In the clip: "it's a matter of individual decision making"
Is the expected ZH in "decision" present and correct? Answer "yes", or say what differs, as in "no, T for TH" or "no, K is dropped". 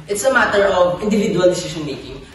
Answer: no, SH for ZH